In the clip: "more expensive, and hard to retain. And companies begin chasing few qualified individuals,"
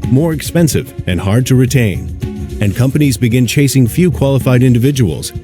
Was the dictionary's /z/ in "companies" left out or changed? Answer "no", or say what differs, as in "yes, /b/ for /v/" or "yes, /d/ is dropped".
no